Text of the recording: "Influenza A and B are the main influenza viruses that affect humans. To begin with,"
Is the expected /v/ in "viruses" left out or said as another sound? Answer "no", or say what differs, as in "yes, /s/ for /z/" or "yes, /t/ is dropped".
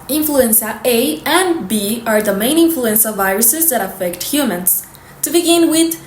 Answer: no